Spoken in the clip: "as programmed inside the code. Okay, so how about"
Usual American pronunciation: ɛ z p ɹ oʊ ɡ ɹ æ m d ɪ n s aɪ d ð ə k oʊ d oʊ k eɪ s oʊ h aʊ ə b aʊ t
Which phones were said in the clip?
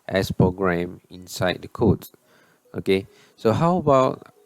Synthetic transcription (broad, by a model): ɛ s p ɹ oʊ ɡ ɹ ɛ m ɪ n s aɪ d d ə k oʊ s oʊ k eɪ s oʊ h aʊ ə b aʊ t